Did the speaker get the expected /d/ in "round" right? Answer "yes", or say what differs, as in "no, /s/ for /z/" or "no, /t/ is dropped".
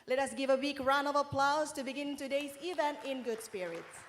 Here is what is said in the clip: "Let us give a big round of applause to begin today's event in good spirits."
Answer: no, /d/ is dropped